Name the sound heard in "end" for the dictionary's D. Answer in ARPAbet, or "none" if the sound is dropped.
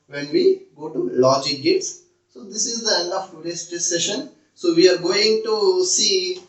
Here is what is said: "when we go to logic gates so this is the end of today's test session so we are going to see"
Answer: none